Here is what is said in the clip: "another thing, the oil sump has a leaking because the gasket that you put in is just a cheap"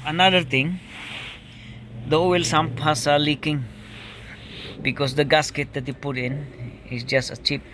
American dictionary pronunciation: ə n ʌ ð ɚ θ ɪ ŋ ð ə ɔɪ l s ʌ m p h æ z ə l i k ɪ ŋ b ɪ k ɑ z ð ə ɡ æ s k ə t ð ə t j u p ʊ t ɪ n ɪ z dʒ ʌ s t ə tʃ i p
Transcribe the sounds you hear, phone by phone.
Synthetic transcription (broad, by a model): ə n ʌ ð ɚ t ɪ ŋ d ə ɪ l s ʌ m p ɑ s ə l i k ɪ ŋ b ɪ k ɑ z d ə ɡ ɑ s k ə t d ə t j u p ʊ t ɪ n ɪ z dʒ ʌ s t ə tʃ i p